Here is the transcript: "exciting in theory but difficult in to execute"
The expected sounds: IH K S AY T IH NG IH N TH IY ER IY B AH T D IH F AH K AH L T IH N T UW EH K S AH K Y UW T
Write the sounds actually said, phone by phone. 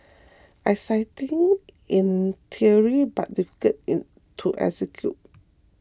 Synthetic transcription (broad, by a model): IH S AY T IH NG IH N T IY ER IY B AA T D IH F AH K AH T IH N T UW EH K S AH K Y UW T